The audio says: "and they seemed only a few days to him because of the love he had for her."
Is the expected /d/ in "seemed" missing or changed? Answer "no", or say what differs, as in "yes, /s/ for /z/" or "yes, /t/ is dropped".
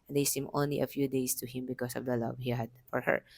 yes, /d/ is dropped